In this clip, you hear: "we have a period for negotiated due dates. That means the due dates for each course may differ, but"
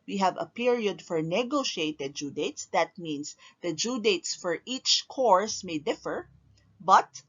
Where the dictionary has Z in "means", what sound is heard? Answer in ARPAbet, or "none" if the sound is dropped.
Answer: S